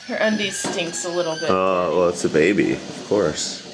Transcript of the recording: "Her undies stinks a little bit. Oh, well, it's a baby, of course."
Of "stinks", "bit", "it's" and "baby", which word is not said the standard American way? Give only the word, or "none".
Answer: bit